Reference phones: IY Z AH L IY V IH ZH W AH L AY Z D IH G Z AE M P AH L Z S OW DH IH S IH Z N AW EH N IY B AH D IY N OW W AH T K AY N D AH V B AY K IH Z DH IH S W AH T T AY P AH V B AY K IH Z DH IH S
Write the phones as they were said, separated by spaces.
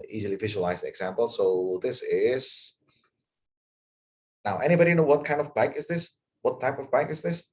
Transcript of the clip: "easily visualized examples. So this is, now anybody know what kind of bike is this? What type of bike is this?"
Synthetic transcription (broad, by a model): IY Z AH L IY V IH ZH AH L AY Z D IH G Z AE M P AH L S OW DH IH S IH Z N AW EH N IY B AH D IY N OW W AH T K AY N D AH V B AY K IH Z DH IH S W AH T T AY P AH V B AY K IH Z DH IH S